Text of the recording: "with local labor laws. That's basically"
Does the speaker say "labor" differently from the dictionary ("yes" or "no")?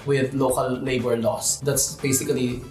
yes